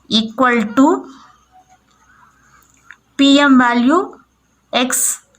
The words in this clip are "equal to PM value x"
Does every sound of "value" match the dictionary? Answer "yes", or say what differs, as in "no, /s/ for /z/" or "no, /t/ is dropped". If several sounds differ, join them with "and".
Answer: no, /b/ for /v/